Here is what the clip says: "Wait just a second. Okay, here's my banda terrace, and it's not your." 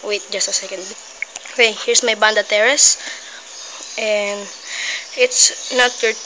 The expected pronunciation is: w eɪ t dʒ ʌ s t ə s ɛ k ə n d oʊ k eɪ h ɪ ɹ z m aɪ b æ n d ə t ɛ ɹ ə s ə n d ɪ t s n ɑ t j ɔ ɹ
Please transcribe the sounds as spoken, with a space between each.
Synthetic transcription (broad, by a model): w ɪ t dʒ ʌ s t ə s ɛ k ə n d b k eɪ h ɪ ɹ s m aɪ b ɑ n d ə t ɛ ɹ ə s ə n d ɪ t s n ɑ t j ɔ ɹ